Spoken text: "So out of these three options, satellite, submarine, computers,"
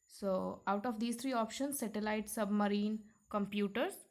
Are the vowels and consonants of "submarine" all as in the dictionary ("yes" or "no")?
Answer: yes